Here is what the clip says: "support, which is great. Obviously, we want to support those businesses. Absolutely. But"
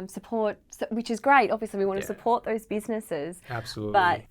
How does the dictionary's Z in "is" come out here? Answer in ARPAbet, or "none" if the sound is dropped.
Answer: Z